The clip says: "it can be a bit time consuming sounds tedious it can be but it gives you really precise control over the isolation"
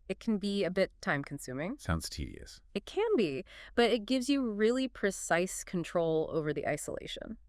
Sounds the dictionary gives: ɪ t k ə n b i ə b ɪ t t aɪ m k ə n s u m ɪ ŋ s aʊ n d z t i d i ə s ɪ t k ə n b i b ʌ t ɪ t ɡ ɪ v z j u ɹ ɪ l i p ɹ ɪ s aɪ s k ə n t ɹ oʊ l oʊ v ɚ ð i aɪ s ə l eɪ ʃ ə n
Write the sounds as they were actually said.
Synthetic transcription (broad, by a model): ɪ t k n b i ə b ɪ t t aɪ m k n s u m ɪ ŋ s aʊ n d z t i d i ə s ɪ t k ə n b i b ʌ t ɪ t ɡ ɪ v z j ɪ ɹ ɪ l i p ɹ ɪ s aɪ s k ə n t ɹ oʊ l oʊ v ɚ ð i aɪ s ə l eɪ ʃ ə n